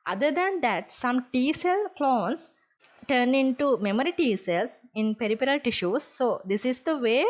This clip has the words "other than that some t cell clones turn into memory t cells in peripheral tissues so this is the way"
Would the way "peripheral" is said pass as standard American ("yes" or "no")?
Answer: no